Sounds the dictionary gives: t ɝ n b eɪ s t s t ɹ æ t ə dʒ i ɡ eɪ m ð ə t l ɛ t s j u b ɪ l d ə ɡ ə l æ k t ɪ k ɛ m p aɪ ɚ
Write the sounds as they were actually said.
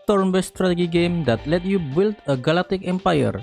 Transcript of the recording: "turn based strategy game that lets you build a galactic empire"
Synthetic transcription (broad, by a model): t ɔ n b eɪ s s t ɹ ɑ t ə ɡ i ɡ eɪ m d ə t l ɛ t j u b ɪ l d ə ɡ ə l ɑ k t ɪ k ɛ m p aɪ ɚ